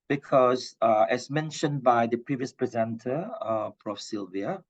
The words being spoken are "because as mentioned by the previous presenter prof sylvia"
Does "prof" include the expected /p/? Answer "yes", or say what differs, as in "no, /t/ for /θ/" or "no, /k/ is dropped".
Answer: no, /f/ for /p/